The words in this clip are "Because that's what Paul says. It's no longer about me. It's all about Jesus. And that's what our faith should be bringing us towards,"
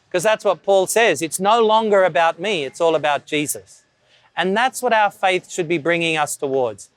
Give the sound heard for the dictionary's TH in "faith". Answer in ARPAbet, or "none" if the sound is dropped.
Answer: TH